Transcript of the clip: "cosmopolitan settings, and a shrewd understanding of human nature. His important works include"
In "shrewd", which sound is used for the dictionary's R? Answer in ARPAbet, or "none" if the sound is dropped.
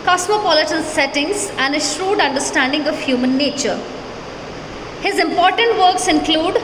R